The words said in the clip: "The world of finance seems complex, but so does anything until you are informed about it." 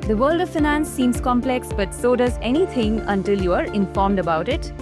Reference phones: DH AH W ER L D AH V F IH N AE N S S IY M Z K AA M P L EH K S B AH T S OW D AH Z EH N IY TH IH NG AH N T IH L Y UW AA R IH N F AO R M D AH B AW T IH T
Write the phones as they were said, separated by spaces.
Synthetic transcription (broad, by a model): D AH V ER L D AH V F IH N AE N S S IY M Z K AA M P L EH K S B AH T S OW D AH Z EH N IY T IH NG AH N T IH L Y UW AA R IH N F AO R M D AH B AW T IH T